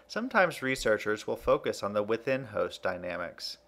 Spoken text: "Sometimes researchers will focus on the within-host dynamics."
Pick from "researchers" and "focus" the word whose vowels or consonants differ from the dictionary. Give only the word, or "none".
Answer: none